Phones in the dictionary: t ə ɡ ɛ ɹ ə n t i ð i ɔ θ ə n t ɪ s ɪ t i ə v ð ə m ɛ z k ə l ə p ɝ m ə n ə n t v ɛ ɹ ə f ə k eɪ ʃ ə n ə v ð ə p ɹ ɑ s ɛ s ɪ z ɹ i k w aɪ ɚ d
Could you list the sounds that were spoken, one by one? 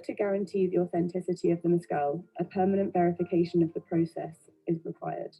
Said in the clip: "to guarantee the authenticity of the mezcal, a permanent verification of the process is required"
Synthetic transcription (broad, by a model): t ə ɡ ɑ ɹ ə n t i ð i ɔ θ ə n t ɪ s ɪ t i ə v ð ə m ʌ s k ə l ə p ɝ m ə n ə n t v ɛ ɹ ə f ə k eɪ ʃ ə n ə v ð ə p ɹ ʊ s ɛ s ɪ z ɹ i k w aɪ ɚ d